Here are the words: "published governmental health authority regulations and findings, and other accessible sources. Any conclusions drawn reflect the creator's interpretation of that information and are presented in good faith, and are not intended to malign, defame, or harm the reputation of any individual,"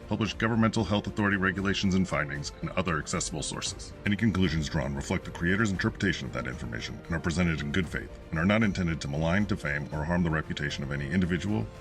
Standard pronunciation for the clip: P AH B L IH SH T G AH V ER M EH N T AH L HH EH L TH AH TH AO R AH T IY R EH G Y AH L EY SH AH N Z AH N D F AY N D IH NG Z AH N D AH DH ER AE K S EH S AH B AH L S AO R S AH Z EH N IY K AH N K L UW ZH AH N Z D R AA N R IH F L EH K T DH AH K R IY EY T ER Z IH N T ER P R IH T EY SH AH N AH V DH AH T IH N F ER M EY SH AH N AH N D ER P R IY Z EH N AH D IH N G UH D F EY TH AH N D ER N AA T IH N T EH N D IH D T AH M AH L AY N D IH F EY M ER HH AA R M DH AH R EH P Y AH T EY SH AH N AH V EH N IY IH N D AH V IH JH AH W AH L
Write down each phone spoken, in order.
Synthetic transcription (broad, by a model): P AH B L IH SH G AH V ER M EH N T L HH EH L TH AH TH AO R AH T IY R EH G Y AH L EY SH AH N Z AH N F AY N D IH NG Z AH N AH DH ER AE K S EH S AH B L S AO R S AH Z EH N IY K AH N K L UW ZH AH N Z D R AA N R IH F L EH K T DH AH K R IY EY T ER Z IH N T ER P R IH T EY SH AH N AH V DH AH T IH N F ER M EY SH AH N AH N ER P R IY Z EH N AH D IH N G UH D F EY TH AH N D ER N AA T IH N T EH N D IH D T AH M AH L AY N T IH F EY M ER HH AA R M DH AH R EH P Y AH T EY SH AH N AH V EH N IY IH N D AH V IH JH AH W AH L